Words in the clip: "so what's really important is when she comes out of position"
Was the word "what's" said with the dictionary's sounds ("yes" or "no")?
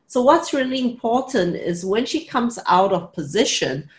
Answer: yes